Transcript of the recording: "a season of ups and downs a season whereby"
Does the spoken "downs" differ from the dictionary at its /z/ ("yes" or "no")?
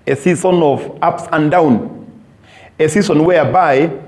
yes